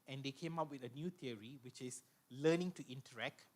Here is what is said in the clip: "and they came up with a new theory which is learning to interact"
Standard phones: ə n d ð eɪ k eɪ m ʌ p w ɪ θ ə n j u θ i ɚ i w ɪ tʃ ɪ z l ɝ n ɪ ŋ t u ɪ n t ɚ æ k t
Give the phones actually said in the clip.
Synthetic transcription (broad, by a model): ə n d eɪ k eɪ m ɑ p w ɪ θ ə n j u t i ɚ i w ɪ tʃ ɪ s l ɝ n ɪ ŋ t u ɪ n t ɚ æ k t